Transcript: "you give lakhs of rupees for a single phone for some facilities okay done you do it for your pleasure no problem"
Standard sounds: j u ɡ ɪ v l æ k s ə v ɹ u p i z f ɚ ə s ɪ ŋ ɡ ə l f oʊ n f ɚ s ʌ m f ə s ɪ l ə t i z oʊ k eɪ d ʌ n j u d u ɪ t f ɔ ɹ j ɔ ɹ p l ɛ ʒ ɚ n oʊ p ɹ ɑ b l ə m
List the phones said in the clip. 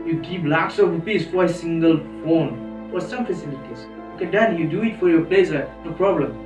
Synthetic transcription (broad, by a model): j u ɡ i p l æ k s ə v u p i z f ə s ɪ ŋ ɡ ə l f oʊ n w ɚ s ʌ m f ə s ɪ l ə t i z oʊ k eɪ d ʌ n j u d u ɪ t f ɔ ɹ j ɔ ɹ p l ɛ s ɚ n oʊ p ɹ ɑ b l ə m